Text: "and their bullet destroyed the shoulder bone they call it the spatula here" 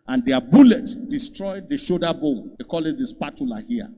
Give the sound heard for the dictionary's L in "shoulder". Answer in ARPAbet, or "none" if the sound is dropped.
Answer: none